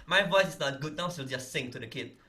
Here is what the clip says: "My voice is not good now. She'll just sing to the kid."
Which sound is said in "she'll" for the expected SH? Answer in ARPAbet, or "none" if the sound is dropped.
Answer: S